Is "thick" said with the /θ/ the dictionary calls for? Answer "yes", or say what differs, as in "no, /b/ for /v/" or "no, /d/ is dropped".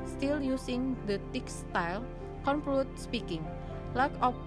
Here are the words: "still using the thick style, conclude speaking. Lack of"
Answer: no, /t/ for /θ/